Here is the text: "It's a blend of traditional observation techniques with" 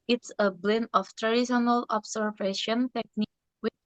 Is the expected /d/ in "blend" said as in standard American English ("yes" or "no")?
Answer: no